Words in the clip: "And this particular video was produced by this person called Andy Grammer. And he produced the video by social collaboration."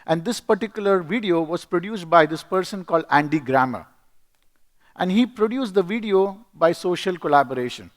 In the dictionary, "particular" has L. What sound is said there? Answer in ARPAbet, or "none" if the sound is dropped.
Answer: L